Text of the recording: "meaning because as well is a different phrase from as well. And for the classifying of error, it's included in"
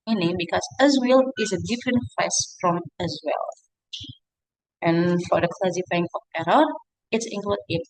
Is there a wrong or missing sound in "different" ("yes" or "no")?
no